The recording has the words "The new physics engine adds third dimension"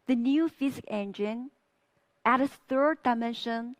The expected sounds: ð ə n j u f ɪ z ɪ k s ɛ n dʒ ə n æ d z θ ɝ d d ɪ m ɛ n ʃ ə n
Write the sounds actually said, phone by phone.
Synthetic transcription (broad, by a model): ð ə n j u f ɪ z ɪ k ɛ n dʒ ə n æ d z θ ɝ d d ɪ m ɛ n ʃ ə n